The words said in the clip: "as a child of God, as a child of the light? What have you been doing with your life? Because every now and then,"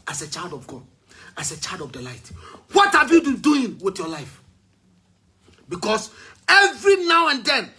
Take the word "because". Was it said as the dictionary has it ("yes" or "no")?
no